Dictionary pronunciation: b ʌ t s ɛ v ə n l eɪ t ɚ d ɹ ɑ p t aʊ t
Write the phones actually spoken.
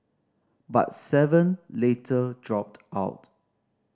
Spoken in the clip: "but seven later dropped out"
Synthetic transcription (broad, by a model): b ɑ t s ɛ v ə n l eɪ t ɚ d ɹ ɑ p t aʊ t